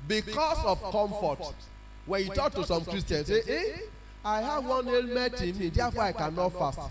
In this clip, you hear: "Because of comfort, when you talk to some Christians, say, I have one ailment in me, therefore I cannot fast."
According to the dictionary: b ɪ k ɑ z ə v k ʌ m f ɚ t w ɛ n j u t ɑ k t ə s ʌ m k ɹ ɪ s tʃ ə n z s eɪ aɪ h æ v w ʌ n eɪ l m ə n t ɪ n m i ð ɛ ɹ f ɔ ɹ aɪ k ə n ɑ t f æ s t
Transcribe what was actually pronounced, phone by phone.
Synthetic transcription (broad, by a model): b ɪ k ɑ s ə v k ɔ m f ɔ t w ɛ n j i t ɑ k t ə s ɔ m k ɹ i s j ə n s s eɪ aɪ h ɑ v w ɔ n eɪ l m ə t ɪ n m i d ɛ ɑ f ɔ aɪ k ə n ɑ t f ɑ s t